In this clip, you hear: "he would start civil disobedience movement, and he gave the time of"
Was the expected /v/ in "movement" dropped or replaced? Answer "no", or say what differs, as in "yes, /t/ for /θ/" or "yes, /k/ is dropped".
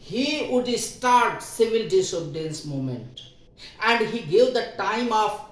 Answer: yes, /v/ is dropped